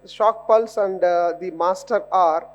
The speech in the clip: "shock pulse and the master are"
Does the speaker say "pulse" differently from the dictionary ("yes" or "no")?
no